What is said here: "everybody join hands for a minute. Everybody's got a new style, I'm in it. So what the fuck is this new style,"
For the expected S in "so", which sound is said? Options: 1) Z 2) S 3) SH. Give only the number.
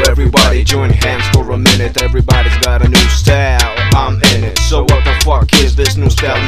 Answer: 2